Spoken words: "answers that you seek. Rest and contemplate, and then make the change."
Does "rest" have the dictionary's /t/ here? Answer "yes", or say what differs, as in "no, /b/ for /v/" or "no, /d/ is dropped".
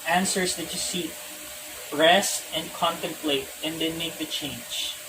no, /t/ is dropped